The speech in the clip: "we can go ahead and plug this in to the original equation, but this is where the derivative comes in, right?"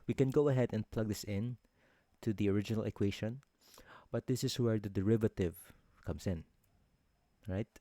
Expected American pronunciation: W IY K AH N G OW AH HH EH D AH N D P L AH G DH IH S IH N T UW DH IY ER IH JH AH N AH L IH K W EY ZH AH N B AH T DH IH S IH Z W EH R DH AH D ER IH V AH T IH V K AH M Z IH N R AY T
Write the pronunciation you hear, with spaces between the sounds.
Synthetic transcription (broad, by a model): W IY K AH N G OW AH HH EH D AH N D P L AH G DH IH S IH N T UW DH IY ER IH JH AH N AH L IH K W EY SH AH N B AH T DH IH S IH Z W EH R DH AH D ER IH V AH T IH V K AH M S IH N R AY T